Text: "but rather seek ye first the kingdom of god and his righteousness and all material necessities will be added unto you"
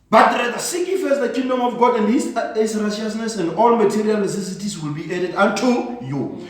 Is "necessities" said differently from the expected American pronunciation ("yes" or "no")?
yes